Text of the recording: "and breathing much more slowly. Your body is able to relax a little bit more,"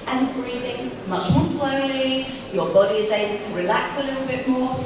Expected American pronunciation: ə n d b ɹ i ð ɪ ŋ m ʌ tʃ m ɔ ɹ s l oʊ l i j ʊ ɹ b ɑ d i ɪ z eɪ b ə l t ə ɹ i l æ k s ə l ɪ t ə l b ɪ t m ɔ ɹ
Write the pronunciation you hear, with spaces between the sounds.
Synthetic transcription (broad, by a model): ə n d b ɹ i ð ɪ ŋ m ʌ tʃ m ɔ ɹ s l oʊ l i j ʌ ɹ b ɑ d i ɪ z eɪ b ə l t ə ɹ i l æ k s ə l ɪ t l b ɪ t m ɔ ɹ